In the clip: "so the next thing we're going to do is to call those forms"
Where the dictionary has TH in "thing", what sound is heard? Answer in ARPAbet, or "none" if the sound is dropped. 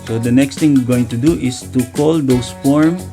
T